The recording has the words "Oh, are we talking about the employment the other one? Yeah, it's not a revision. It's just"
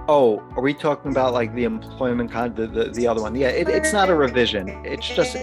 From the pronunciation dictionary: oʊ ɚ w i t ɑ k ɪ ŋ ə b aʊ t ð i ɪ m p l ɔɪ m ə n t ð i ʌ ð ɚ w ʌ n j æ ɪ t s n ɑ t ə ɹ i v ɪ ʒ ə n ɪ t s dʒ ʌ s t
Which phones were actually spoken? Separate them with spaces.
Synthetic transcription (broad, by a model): oʊ ɚ w i t ɑ k ɪ ŋ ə b aʊ t ð i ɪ m p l ɔɪ m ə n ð ð i ʌ ð ɚ w ʌ n j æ ɪ t s n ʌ t ə ɹ i v ɪ ʒ ə n ɪ t s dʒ ʌ s t